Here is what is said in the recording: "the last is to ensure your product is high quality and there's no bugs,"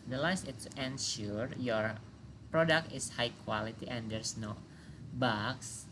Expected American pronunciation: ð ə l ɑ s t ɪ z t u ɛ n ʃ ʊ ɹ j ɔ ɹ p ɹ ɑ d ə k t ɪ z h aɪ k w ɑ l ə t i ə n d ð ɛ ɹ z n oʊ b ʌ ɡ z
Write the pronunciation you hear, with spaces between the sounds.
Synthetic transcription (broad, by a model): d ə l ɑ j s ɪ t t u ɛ n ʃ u ɹ j ɔ ɹ p ɹ ɑ d ə k t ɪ s h aɪ k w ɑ l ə t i ə n d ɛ ɹ s n oʊ b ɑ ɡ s